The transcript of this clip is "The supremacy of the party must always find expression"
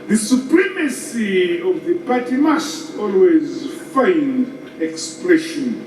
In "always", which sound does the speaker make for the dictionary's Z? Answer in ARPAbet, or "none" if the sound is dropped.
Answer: Z